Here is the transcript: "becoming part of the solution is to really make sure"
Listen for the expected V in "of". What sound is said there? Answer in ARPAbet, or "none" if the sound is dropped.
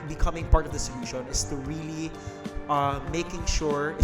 V